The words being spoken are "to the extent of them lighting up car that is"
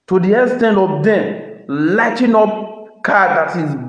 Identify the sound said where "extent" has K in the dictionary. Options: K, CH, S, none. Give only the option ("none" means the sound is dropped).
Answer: none